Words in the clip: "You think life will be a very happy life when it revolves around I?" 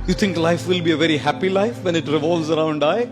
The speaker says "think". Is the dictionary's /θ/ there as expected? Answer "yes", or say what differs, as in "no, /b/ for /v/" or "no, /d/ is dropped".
no, /t/ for /θ/